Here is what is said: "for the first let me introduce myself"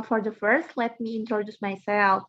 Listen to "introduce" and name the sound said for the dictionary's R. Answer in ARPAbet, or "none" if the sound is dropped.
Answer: R